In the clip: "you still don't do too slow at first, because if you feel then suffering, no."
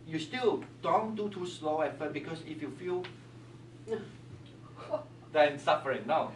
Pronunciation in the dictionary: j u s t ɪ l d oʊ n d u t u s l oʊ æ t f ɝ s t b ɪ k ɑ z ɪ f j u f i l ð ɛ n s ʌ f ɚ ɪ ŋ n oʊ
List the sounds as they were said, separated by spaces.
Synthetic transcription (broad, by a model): j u s t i l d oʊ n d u t u s l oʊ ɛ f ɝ t b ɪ k ɑ s ɪ f j u f i l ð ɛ n s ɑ f ɚ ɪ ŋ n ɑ